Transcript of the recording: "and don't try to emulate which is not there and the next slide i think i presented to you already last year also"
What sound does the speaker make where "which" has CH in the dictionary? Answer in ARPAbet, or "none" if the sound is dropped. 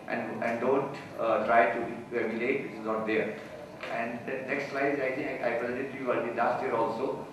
S